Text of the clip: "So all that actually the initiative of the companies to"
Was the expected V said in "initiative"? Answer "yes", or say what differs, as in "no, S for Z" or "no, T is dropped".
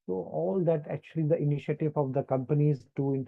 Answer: yes